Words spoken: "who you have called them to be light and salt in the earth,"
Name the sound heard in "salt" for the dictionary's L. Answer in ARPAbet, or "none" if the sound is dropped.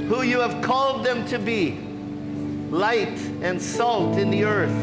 L